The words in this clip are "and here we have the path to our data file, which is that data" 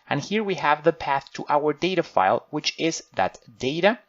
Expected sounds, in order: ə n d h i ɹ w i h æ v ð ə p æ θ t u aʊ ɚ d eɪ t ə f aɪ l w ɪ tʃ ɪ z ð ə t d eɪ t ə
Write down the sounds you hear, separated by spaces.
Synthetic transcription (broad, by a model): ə n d h i ɹ w i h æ v ð ə p æ θ t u aʊ ɚ d eɪ t ə f aɪ l w ɪ tʃ ɪ z ð ə t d eɪ t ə